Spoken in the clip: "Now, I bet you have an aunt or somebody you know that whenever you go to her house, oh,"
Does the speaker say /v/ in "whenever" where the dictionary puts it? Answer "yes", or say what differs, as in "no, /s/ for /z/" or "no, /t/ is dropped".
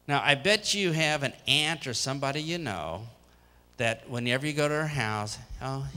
yes